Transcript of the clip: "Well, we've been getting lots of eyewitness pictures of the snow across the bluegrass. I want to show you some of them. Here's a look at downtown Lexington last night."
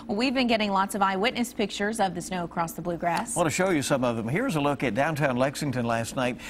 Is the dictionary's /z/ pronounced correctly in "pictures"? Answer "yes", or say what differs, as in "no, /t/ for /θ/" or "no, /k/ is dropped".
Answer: yes